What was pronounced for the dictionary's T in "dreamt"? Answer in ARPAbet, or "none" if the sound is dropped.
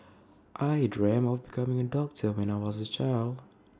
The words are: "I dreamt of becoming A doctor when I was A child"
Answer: none